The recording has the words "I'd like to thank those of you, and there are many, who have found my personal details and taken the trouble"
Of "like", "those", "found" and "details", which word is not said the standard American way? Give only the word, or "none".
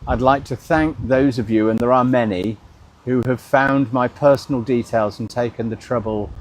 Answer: none